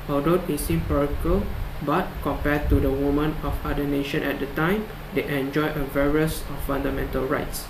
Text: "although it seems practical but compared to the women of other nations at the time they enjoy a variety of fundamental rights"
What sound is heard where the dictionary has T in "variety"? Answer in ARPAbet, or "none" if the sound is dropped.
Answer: S